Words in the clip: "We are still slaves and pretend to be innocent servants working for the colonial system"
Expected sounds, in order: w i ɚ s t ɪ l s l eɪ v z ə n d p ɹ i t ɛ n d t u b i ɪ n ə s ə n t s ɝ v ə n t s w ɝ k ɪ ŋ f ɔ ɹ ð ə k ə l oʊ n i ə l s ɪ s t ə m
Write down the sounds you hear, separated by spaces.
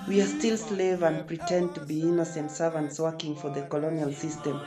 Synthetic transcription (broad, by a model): w i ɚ s t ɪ l s l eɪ v ə n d p ɹ i t ɛ n d t u b i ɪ n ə s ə n t s ɝ v ə n t s w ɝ k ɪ ŋ f ɔ ɹ ð ə k ə l oʊ n i ə l s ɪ s t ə m